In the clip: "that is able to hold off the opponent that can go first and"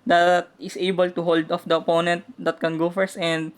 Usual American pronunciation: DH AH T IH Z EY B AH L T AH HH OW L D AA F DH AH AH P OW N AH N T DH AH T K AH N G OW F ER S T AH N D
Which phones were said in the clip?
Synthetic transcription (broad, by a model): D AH T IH S EY B AH L T AH HH OW L D AA F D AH AH P OW N AH N T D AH T K AH N G OW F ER S AH N D